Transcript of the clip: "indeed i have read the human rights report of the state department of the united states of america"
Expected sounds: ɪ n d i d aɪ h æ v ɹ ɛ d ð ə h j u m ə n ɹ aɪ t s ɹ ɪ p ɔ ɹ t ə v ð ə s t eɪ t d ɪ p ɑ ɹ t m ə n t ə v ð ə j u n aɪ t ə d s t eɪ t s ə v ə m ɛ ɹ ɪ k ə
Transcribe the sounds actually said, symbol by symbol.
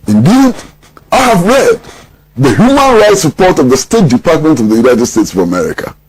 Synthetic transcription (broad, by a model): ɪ n d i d aɪ h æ v ɹ ɛ d ð ə h j u m ə n ɹ aɪ t s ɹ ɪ p ɔ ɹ t ə v ð ə s t eɪ t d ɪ p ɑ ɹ t m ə n t ə v ð ə j u n aɪ t ə d s t eɪ t s ə v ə m ɛ ɹ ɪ k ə